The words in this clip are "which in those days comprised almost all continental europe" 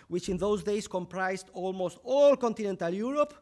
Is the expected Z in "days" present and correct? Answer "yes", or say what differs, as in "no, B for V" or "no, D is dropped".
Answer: no, S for Z